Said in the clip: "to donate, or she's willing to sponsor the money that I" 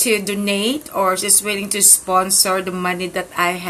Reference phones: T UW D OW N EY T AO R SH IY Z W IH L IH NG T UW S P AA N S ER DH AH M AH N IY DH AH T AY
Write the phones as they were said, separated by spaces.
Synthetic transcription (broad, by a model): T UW D OW N EY T AO R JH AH S W IH L IH NG T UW S P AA N S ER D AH M AH N IY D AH T AY